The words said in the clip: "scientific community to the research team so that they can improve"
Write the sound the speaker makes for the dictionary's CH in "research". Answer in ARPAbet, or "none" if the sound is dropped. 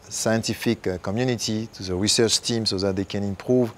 CH